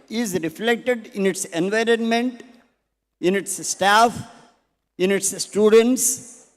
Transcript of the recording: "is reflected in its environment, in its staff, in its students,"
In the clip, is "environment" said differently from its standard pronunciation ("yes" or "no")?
no